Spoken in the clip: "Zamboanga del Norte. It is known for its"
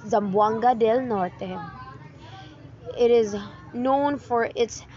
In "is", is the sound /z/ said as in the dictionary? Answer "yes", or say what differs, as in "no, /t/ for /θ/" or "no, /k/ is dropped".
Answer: yes